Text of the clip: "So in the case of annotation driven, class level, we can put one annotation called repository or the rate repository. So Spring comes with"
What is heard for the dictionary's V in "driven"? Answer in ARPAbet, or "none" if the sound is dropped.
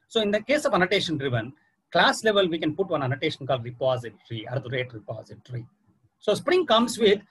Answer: V